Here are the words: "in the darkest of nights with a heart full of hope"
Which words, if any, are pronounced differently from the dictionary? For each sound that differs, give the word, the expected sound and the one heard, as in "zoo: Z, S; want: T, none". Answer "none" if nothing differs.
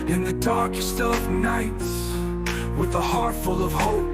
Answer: none